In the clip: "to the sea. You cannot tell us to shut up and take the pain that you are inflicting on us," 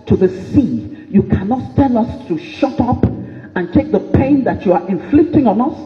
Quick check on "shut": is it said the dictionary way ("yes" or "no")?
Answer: yes